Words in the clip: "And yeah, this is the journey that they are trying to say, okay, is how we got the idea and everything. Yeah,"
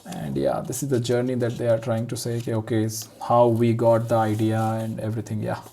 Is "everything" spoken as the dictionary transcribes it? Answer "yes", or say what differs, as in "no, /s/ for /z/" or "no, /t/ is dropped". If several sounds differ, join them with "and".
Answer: no, /t/ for /θ/